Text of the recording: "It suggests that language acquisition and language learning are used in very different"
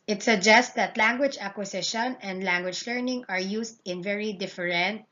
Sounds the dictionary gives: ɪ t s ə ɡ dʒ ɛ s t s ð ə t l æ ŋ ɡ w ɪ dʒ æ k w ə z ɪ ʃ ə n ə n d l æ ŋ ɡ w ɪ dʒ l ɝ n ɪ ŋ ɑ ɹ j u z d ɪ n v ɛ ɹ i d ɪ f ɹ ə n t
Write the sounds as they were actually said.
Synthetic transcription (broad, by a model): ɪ t s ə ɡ dʒ ɛ s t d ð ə t l æ ŋ ɡ w ɪ dʒ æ k w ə s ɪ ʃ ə n ə n d l æ ŋ ɡ w ɪ dʒ l ɝ n ɪ ŋ ɑ ɹ j u s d ɪ n v ɛ ɹ i d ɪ f ɹ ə n t